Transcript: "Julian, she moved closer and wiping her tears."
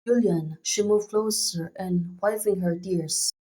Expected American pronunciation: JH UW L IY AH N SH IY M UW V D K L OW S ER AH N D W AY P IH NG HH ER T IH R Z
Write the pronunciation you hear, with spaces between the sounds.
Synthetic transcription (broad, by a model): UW L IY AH N SH IY M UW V K L OW S ER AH N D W AY F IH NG HH ER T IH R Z